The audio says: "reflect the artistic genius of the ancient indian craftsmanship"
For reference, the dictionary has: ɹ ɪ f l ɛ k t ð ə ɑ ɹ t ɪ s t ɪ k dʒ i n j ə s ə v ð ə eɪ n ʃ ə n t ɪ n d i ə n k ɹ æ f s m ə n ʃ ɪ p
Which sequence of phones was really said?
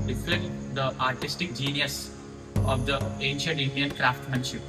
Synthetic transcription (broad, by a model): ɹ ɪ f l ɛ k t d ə ɑ ɹ t ɪ s t ɪ k dʒ i n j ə s ə v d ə eɪ n ʃ ə n t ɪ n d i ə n k ɹ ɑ f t m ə n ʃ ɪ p